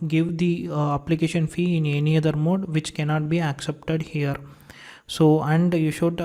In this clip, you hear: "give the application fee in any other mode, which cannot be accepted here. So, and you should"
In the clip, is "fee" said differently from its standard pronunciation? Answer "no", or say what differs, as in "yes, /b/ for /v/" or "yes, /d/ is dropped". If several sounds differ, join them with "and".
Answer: no